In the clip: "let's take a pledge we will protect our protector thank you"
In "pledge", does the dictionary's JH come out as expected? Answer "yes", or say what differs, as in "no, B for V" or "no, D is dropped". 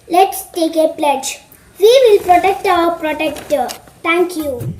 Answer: yes